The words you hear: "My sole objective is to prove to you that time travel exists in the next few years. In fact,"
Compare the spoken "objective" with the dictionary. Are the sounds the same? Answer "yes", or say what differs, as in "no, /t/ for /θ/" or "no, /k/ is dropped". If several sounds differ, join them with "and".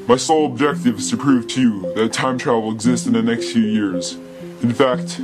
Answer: yes